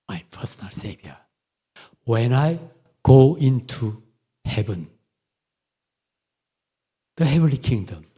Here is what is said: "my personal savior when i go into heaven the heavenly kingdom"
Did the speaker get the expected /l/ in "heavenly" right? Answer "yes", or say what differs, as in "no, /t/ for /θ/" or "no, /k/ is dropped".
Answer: yes